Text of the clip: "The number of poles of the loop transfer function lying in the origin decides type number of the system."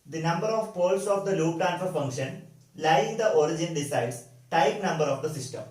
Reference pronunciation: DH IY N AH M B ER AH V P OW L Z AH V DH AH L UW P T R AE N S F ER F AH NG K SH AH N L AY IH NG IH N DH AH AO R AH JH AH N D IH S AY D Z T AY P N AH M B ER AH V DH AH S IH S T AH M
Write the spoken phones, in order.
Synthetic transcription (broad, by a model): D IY N AH M B ER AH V P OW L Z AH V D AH L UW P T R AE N F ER F AH NG K SH AH N L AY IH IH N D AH AO R AH JH AH N D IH S AY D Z T AY P N AH M B ER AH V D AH S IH S T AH M